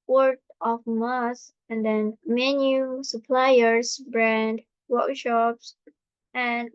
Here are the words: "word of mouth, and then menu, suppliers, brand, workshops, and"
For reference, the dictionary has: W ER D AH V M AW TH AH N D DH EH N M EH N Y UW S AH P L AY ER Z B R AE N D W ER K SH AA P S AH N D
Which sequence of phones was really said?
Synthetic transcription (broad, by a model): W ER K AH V M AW S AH N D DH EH N M EH N Y UW S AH P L AY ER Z B R AE N D W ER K SH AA P S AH N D